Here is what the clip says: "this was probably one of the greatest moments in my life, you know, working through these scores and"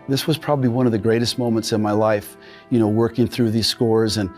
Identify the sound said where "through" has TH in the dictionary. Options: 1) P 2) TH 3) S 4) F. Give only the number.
2